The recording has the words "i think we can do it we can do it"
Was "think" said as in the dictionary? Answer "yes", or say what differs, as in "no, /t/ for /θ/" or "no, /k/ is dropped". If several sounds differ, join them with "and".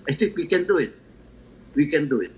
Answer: no, /t/ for /θ/